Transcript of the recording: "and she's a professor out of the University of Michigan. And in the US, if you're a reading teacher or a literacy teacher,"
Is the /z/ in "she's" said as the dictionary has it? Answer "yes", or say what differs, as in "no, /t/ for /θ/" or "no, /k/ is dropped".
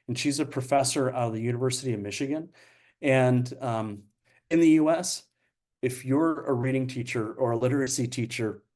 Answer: yes